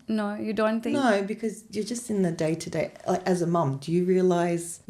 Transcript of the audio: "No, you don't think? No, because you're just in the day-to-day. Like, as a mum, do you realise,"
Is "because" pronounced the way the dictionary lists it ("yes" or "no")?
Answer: yes